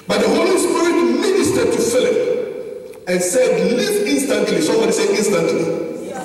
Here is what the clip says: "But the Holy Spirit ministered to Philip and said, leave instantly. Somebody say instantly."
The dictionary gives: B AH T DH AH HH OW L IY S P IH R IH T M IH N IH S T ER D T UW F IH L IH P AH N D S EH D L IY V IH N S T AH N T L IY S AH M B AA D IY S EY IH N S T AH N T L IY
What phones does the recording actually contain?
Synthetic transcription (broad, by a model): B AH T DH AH HH OW L IY S P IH R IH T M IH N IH S T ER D T UW F IH L IH P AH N S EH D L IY IH N S T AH N T L IY S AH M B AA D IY S EY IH N S T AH N T L IY